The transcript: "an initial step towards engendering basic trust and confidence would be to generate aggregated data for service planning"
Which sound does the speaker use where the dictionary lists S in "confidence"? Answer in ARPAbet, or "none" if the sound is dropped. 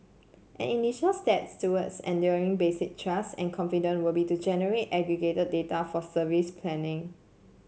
none